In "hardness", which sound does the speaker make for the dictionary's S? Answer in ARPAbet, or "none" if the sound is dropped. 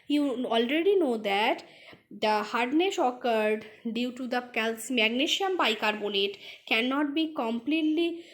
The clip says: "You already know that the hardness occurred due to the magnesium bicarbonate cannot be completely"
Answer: SH